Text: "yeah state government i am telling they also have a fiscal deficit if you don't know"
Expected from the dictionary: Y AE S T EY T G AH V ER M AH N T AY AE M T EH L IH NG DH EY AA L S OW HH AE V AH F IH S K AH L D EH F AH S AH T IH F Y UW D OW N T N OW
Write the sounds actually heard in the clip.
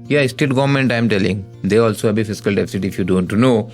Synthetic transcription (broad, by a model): Y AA S T EY T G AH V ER M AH N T AY M T EH L IH NG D EY AA L S OW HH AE B AH F IH S K AH L D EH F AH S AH T IH F Y UW D OW N T N OW